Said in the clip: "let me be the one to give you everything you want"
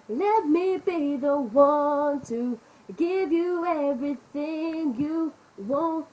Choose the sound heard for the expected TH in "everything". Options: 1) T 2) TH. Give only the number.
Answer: 2